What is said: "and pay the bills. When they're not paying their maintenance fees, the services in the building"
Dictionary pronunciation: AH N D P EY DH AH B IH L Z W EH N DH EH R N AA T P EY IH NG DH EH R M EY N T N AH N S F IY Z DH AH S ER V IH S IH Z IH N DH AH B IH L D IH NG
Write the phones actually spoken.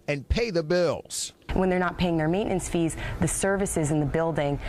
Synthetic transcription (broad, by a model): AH N P EY DH AH B IH L Z W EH N DH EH R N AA T P EY IH NG DH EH R M EY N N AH N S F IY Z DH AH S ER V IH S IH Z IH N DH AH B IH L D IH NG